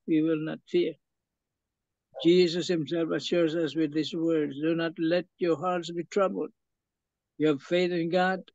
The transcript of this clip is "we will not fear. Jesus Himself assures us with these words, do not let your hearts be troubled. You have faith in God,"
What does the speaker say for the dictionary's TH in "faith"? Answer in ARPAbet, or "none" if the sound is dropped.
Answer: TH